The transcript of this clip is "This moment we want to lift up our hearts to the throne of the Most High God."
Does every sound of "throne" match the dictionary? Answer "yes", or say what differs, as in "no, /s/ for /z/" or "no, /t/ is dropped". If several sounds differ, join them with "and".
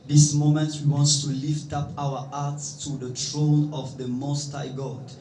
no, /t/ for /θ/